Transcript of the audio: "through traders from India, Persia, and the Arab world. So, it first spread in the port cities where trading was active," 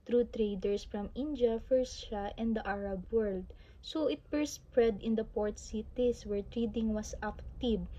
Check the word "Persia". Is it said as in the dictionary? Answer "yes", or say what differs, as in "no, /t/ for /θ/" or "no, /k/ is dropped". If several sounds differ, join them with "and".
no, /f/ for /p/ and /ʃ/ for /ʒ/